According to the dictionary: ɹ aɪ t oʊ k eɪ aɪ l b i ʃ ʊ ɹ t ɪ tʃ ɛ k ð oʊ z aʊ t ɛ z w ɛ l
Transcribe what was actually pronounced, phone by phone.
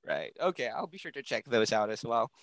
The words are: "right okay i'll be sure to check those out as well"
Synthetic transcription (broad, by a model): ɹ aɪ t oʊ k eɪ aɪ l b i ʃ ʊ ɹ t ɪ tʃ ɛ k ð oʊ z aʊ t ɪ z w ɛ l